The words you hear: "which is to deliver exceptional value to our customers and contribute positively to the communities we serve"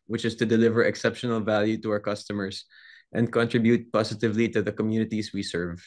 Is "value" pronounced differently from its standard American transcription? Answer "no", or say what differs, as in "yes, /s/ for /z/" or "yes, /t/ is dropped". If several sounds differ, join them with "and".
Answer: no